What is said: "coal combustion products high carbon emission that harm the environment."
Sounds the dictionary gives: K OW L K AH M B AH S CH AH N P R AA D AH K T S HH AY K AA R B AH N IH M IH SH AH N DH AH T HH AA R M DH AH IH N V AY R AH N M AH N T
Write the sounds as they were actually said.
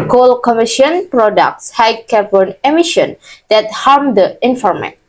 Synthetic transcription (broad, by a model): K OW L K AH M IY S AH N P R AA D AH K T S HH AY K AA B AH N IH M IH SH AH N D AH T HH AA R M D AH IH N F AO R M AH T